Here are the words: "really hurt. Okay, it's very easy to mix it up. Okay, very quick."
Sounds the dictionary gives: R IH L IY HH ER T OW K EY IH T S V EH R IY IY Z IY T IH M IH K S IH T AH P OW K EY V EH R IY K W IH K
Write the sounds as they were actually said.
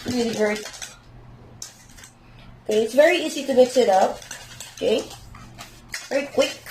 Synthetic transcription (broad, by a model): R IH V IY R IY OW K EY IH T S V EH R IY IY Z IY T IH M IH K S IH T AH P OW K EY V EH R IY K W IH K